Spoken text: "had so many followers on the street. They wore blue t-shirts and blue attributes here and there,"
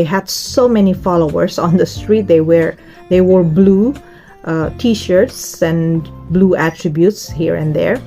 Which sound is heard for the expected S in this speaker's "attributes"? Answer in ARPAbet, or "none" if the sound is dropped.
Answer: S